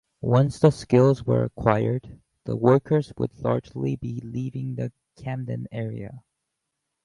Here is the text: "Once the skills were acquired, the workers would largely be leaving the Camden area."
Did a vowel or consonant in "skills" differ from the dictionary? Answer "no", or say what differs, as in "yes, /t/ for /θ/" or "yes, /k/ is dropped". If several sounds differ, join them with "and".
no